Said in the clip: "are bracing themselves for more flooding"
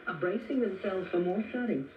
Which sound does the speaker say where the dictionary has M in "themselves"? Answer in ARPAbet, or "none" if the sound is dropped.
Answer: M